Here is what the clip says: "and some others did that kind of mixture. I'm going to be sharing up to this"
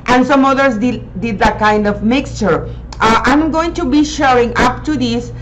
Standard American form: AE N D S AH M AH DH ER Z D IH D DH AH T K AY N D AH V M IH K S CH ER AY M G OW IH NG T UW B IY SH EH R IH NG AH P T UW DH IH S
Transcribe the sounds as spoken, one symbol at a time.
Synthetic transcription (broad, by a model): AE N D S AH M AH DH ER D D IH D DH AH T K AY N D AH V M IH K S CH ER AY M G OW IH NG T UW B IY SH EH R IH NG AH P T UW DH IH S